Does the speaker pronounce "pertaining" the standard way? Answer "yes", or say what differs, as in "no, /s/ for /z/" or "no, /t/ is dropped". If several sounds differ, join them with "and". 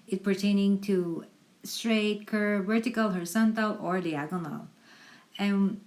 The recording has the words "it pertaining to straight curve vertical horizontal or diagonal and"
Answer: yes